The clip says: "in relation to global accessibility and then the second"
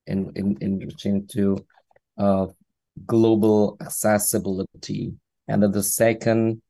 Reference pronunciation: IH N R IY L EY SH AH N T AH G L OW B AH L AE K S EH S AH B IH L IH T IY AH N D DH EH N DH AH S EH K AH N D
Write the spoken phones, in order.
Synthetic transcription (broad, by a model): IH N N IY N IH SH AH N T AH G L OW B L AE K S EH S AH B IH L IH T IY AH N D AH DH AH S EH K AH N D